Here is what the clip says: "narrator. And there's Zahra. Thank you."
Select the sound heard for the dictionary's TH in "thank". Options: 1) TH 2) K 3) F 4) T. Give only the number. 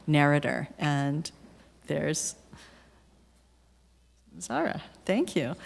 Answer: 1